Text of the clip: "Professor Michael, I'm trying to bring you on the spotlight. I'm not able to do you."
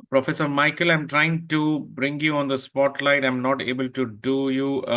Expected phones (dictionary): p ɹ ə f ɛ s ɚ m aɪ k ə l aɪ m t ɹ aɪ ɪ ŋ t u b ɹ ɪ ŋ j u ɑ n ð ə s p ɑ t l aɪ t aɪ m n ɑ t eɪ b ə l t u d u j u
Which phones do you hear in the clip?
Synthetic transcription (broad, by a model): p ɹ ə f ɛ s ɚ m aɪ k ə l aɪ m t ɹ aɪ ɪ ŋ t u b ɹ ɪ ŋ j u ɑ n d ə s p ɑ t l aɪ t aɪ m n ɑ t eɪ b ə l t u d u j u